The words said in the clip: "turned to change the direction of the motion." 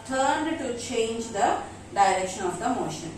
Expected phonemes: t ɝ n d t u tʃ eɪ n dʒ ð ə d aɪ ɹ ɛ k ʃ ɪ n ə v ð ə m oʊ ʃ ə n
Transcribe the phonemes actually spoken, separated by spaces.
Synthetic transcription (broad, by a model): t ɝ n d t u tʃ eɪ n dʒ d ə d aɪ ɹ ɛ k ʃ ɪ n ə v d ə m oʊ ʃ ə n